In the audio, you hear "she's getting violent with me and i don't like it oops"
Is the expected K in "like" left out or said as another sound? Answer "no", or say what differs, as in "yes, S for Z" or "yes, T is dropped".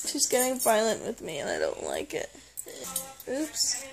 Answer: no